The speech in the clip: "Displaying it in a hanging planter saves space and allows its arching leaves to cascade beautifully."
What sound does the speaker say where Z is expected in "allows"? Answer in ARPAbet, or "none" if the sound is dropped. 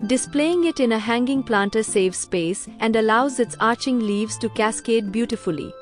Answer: Z